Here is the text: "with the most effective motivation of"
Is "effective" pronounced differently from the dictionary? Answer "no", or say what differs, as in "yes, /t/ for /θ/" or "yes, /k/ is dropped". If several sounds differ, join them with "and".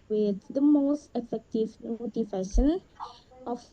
no